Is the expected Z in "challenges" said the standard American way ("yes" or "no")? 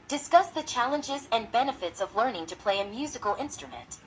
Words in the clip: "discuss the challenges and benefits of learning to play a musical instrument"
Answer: yes